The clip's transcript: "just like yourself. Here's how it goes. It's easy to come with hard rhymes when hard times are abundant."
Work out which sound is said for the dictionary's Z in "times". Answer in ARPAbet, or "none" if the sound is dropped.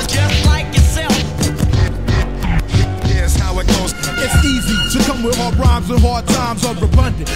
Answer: Z